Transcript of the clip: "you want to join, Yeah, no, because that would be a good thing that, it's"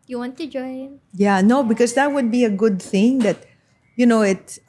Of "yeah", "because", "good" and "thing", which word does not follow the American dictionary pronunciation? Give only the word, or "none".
none